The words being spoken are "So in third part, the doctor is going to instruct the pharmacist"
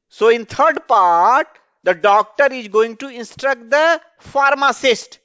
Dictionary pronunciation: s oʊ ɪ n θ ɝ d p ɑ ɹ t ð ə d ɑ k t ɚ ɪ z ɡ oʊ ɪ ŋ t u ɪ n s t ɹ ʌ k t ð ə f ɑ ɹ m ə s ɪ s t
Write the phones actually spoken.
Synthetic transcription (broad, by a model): s oʊ ɪ n t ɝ d p ɑ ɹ t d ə d ɑ k t ɚ ɪ z ɡ oʊ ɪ ŋ t u ɪ n s t ɹ ʌ k t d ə f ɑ ɹ m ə s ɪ s t